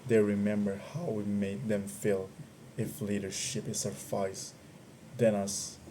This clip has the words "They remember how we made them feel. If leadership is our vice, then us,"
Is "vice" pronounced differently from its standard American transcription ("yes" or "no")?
yes